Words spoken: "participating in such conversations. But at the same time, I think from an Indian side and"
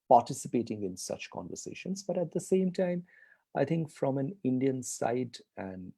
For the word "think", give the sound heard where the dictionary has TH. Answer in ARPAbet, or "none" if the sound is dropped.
T